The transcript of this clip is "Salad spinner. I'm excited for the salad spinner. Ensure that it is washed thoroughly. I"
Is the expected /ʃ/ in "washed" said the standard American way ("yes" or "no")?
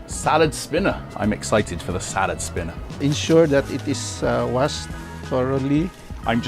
no